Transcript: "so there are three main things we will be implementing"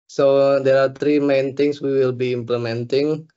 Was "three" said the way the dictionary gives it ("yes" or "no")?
no